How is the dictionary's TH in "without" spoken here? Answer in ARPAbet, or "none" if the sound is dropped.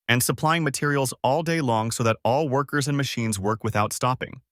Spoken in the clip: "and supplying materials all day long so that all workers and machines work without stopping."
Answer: TH